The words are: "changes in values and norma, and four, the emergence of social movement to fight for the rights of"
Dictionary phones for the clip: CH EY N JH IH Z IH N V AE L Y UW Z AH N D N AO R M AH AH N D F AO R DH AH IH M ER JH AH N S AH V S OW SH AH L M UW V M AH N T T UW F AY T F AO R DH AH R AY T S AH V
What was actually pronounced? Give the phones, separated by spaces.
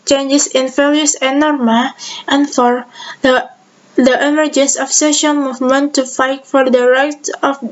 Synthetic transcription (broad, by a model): CH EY N JH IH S IH N F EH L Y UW AH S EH N AO R M AH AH N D F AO R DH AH IH M ER JH AH N S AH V S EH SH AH N M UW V M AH N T T UW F AY T F AO R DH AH R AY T AH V